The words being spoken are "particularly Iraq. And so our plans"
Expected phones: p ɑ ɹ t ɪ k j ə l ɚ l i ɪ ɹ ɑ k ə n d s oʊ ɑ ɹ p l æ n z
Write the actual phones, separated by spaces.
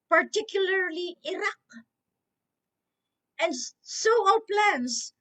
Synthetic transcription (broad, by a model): p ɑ ɹ t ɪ k j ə l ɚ l i ɪ ɹ ɑ k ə n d s oʊ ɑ l p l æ n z